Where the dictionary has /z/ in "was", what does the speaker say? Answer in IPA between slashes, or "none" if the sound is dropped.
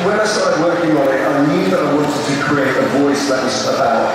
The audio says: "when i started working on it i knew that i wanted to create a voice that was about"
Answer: /s/